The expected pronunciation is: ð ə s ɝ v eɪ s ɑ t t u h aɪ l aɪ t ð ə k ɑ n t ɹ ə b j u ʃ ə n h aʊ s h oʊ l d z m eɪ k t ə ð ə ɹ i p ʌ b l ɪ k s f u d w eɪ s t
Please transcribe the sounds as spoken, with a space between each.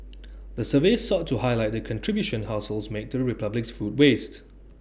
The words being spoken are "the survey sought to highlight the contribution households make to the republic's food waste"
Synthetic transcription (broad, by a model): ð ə s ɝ v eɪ s ɑ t t u h aɪ l aɪ t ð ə k ɑ n t ɹ ə b j u ʃ ə n h aʊ s h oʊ l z m eɪ k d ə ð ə ɹ i p ʌ b l ɪ k s f u d w eɪ s t